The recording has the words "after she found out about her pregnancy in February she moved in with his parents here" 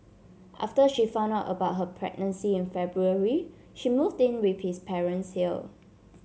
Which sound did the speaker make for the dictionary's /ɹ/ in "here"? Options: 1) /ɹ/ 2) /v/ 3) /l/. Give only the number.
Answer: 3